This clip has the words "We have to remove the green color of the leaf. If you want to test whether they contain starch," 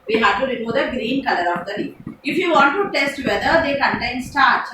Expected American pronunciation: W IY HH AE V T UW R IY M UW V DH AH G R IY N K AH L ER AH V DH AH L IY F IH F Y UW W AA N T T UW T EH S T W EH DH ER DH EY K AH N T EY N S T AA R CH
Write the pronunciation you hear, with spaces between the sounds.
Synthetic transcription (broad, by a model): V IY HH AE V T UW R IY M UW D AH G R IY N K AH L ER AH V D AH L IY IH F Y UW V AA N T T UW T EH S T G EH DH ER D EY K AH N T EY N S T AA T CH